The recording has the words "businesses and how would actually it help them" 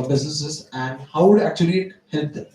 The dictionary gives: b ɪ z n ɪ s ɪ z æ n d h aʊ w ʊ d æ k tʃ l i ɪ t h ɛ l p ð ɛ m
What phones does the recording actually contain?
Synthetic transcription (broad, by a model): b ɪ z n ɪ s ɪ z æ n d h aʊ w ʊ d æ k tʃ i ɪ t h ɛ l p